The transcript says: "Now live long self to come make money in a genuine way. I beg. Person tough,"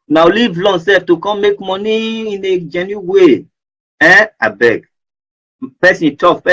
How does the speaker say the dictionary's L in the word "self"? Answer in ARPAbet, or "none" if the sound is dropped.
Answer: none